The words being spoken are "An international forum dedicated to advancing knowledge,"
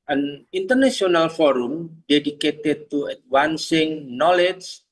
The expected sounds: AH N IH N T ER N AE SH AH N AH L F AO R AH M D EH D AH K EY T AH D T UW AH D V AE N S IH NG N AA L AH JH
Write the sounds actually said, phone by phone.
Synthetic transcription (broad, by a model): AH N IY N T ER N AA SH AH N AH L F AO R AH M D EH D AH K EY T AH D T UW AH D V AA N S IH NG N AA L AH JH